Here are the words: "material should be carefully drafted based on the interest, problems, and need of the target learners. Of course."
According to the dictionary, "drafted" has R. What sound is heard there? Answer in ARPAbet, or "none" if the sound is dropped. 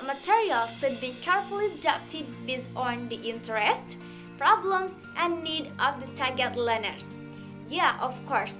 none